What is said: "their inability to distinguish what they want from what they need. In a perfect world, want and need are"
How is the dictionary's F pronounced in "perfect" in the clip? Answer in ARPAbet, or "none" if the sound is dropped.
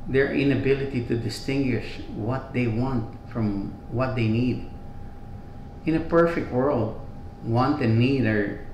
F